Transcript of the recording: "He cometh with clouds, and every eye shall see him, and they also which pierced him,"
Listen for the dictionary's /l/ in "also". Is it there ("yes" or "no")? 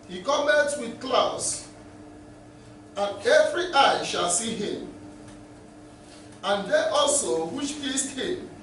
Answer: yes